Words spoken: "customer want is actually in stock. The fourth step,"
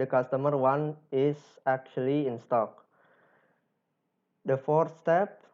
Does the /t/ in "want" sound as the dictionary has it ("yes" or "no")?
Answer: no